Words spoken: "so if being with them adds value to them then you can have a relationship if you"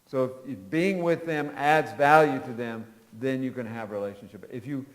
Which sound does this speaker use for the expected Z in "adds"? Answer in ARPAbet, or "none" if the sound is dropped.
Z